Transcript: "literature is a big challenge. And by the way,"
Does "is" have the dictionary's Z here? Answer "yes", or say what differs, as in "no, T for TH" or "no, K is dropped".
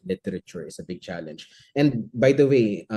no, S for Z